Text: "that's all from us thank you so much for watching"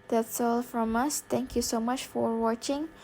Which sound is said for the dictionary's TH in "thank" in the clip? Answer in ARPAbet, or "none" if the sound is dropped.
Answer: T